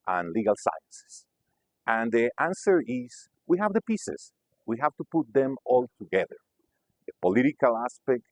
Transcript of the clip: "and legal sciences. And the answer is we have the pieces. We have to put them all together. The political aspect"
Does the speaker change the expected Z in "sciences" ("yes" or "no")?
yes